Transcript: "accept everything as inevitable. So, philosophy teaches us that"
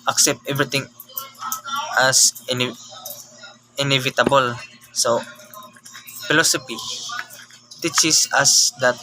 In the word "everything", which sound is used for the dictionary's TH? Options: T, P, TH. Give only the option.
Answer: T